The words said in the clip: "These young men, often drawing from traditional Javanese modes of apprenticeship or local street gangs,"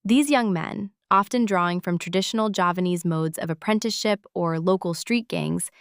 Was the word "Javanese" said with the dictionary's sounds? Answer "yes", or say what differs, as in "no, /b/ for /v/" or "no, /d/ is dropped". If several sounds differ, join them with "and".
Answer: yes